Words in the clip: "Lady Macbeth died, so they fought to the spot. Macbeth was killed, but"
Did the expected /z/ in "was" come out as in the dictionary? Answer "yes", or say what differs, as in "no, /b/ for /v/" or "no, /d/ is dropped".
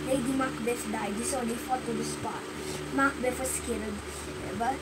no, /s/ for /z/